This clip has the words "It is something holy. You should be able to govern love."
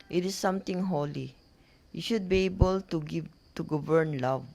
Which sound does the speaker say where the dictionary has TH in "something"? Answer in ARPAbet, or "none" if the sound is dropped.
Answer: T